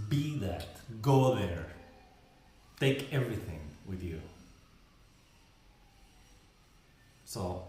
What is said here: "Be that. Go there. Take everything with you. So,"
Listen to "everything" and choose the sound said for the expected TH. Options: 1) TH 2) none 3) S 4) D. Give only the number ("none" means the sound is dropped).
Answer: 1